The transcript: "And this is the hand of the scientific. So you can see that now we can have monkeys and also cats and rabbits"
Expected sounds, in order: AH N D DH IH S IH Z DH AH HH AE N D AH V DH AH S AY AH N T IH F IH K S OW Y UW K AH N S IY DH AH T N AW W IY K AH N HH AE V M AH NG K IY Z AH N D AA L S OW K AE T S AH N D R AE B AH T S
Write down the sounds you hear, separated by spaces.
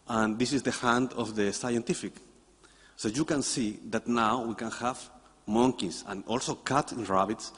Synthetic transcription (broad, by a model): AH N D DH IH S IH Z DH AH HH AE N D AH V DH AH S AY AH N T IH F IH K S OW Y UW K AH N S IY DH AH T N AW W IY K AH N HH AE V M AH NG K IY S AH N AA L S OW K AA T AH N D R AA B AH T S